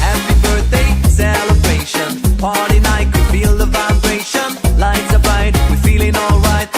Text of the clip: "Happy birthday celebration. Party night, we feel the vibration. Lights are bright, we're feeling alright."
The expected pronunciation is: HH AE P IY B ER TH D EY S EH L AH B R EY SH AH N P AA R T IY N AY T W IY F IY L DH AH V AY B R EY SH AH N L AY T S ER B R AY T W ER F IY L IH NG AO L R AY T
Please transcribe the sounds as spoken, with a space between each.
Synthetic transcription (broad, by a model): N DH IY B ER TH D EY S EH L AH B R EY SH AH N P AA R T IY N AY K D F IY L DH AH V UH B R EY SH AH N L AY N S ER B AY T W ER F IY L IH NG AO L R AY T